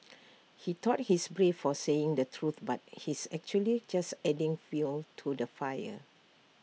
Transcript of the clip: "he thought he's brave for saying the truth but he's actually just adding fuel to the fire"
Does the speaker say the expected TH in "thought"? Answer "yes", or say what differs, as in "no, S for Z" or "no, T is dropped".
no, T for TH